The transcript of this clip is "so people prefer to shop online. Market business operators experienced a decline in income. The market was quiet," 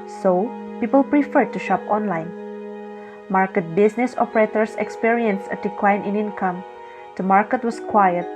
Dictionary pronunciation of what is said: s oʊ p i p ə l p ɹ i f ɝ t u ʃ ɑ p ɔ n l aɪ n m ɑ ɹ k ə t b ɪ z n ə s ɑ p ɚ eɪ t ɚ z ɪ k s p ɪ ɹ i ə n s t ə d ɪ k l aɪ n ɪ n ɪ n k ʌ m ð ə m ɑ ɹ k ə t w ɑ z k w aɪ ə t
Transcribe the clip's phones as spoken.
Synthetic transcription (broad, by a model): s oʊ p i p ə l p ɹ i f ɝ t u ʃ ɑ p ɔ n l aɪ n m ɑ ɹ k ə t b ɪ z n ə s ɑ p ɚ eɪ t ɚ s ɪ k s p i ɹ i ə n s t ə d ɪ k l aɪ n ɪ n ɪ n k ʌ m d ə m ɑ ɹ k ə t w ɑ s k w aɪ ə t